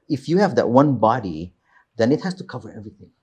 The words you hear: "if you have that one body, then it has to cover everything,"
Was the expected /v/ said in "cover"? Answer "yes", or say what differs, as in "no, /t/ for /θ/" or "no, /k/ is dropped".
yes